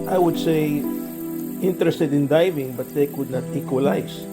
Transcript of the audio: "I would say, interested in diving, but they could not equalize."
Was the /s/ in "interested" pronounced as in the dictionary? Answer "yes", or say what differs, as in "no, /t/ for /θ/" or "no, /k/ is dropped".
yes